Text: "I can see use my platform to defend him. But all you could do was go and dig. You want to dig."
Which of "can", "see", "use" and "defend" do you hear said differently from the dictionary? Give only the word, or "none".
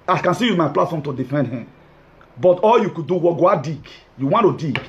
use